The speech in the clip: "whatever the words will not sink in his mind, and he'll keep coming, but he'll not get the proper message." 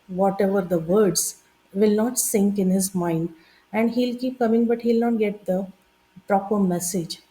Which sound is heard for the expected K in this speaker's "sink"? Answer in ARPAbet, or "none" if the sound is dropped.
K